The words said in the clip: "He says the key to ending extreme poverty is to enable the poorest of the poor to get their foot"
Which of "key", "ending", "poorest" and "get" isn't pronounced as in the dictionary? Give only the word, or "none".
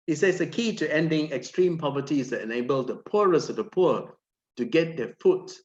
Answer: poorest